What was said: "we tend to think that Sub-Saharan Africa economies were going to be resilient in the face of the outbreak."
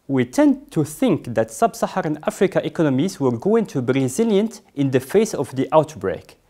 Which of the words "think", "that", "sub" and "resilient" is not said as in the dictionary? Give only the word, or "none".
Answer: none